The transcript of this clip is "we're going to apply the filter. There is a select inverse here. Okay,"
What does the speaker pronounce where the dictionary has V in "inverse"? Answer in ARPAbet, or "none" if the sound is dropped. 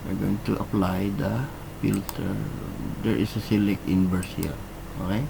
B